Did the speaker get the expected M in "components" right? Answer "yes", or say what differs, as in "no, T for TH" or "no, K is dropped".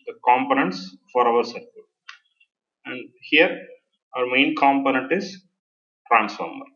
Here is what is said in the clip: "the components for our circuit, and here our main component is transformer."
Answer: yes